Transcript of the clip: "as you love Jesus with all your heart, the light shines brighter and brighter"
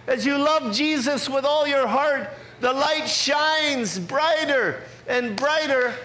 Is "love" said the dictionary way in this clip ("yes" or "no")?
yes